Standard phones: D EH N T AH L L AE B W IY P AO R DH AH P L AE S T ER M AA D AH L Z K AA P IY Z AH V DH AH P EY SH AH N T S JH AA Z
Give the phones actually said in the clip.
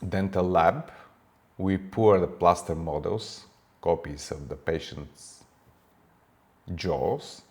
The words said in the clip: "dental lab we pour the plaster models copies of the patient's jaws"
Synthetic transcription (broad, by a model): D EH N T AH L L AE B W IY P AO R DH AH P L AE S T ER M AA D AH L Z K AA P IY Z AH V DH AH P EY SH AH N T S JH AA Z